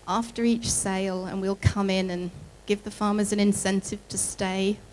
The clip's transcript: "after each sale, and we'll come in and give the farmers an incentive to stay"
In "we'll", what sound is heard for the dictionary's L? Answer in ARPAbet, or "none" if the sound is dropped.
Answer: L